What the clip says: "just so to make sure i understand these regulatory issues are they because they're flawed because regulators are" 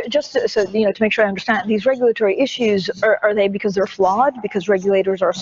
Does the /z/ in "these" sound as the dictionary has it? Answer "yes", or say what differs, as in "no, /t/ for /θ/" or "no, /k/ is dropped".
yes